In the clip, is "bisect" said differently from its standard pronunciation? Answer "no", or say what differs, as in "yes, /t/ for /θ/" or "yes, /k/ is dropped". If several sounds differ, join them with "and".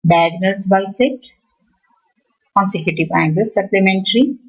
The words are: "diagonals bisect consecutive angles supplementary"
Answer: yes, /k/ is dropped